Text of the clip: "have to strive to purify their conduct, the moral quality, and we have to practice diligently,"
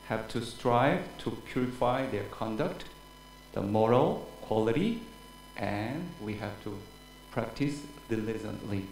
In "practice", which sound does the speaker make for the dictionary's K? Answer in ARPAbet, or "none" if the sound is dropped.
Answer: K